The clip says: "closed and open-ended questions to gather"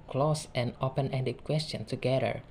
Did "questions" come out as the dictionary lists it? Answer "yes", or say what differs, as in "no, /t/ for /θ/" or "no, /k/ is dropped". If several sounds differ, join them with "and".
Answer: no, /z/ is dropped